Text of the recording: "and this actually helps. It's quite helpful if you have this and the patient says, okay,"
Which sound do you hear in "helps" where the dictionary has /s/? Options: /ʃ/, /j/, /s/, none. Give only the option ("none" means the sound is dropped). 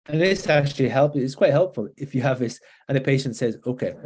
none